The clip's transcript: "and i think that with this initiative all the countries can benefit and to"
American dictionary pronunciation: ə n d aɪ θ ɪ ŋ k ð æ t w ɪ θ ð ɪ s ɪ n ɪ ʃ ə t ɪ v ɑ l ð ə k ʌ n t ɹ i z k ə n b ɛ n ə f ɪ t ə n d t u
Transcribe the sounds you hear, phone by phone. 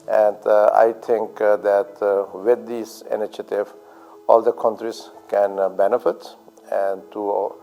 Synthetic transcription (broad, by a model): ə n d aɪ t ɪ ŋ k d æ t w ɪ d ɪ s ɪ n ɪ ʃ ə t ɪ v ɑ l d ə k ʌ n t ɹ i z k ə n b ɛ n ə f ɪ t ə n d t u